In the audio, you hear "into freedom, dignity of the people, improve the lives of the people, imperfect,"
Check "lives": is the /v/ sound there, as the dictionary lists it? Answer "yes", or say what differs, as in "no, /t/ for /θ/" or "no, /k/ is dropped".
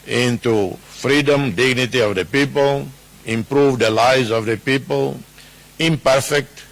no, /v/ is dropped